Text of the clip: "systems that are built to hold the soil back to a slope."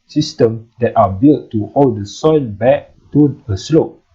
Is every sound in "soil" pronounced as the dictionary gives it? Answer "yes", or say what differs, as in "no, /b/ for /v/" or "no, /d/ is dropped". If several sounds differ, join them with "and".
no, /n/ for /l/